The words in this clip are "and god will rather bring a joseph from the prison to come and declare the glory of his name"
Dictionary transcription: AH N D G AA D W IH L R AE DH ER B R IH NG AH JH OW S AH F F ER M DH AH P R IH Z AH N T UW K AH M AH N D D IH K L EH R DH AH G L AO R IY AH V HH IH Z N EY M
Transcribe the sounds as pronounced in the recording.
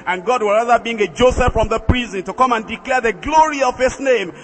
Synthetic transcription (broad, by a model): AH N G AA D W IH L R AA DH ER B IY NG AH JH OW S AH F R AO M DH AH P R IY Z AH N T UW K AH M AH N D D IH K L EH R DH AH G L AO R IY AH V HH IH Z N EY M